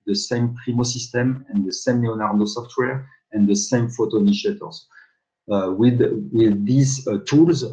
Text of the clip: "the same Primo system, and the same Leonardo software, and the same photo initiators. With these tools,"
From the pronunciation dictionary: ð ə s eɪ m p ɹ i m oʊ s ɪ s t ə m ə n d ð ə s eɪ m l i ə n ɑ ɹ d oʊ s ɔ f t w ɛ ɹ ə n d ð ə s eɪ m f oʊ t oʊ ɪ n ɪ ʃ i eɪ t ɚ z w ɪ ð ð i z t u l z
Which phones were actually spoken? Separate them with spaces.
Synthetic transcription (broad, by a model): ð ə s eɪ m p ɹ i m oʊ s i s t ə m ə n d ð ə s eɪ m n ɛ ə n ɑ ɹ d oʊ s ɔ f t w ɛ ɹ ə n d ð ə s eɪ m f oʊ t oʊ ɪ n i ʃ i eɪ t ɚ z w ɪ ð ð i z t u l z